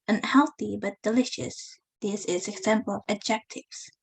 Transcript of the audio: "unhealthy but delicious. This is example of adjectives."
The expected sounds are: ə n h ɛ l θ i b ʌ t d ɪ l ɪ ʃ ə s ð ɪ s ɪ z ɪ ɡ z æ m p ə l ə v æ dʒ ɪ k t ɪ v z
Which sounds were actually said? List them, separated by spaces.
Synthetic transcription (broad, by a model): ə n h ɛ l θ i b ʌ t d ɪ l ɪ ʃ ə s ð ɪ s ɪ z ɪ ɡ z æ m p ə l ə v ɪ dʒ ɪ k t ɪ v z